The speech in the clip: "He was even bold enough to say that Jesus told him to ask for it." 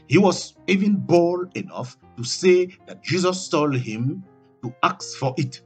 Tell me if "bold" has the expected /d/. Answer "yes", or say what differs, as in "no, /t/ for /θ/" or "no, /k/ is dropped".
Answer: no, /d/ is dropped